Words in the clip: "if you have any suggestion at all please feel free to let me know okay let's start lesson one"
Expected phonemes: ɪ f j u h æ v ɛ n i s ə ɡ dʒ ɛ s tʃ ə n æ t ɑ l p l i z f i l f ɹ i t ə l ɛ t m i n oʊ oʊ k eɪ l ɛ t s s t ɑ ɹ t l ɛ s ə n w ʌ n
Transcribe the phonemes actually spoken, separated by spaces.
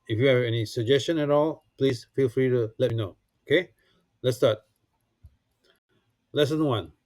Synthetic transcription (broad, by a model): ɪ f j u h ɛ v ɛ n i s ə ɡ dʒ ɛ s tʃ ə n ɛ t ɑ l p l i s f i l f ɹ i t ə l ɛ t m i n oʊ oʊ k eɪ l ɛ t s s t ɑ t l ɛ s ə n w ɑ n